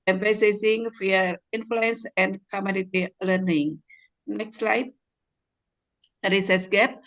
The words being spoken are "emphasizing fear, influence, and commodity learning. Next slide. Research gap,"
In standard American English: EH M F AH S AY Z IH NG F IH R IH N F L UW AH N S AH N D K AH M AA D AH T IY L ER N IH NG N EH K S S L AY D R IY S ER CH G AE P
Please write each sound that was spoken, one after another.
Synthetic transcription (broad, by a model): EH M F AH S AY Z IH NG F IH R IH N F L UW AH N S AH N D K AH M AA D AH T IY L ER N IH NG N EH K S S L AY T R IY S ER S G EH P